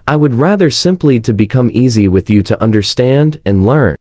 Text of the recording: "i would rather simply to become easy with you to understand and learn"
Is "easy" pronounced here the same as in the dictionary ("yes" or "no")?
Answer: yes